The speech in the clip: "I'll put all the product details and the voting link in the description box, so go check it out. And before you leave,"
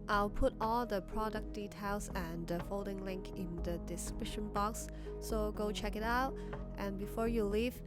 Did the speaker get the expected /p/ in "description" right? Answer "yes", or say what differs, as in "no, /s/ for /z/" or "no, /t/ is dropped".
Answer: no, /p/ is dropped